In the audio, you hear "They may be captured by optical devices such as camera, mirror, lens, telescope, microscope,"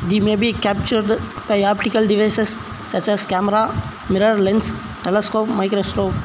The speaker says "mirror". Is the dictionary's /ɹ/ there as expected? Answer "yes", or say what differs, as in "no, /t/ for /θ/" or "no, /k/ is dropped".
yes